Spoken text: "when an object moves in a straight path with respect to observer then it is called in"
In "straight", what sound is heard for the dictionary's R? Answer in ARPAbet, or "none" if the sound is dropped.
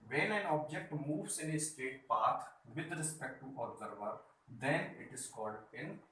none